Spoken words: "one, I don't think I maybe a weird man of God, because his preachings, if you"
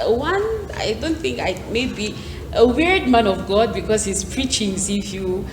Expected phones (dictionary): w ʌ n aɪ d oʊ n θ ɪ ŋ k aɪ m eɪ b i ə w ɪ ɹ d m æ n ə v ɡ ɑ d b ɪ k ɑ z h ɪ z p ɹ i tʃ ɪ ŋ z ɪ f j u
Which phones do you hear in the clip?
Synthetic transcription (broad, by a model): w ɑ n aɪ d oʊ n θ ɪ ŋ k aɪ m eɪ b i ə w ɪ ɹ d m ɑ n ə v ɡ ɑ d b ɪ k ɑ s h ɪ s p ɹ i tʃ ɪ ŋ s ɪ f j u